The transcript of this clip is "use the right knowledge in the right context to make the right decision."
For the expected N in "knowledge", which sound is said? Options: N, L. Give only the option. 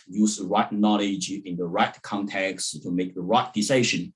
N